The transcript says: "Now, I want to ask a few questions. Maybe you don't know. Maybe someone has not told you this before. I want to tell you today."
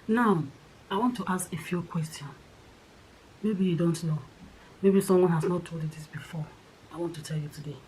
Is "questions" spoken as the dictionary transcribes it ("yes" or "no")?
no